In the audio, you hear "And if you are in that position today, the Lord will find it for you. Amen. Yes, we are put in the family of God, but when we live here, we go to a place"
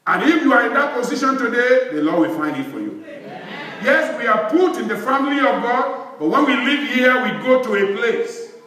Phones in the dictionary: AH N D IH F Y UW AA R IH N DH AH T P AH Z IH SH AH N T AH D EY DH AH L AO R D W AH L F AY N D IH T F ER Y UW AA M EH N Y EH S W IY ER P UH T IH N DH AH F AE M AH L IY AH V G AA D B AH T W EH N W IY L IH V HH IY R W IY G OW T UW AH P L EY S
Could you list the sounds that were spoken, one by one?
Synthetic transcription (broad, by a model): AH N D IH F Y UW AA R IH N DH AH T P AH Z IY SH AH N T AH D EY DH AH L AO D W AH L F AY N D IH T F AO Y UW Y EH S W IY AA P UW T IH N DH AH F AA M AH L IY AH V G AA D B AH T W EH N W IY L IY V HH IY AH W IY G OW T UW AH P L EY S